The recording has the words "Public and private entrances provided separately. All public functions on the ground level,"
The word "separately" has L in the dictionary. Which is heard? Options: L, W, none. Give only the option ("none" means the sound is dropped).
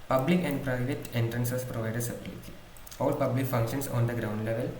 none